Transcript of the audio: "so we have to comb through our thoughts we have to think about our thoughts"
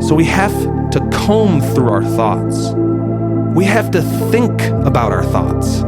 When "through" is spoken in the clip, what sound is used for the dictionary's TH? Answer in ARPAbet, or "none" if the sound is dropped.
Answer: TH